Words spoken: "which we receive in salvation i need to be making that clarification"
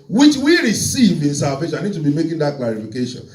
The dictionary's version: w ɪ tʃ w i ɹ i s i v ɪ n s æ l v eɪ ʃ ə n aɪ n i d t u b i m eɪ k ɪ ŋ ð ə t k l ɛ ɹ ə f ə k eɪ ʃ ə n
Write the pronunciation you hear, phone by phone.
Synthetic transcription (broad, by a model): w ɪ tʃ w i ɹ i s i v ɪ n s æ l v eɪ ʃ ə aɪ n i d t u b i m eɪ k ɪ ŋ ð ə t k l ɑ ɹ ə f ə k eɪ ʃ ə n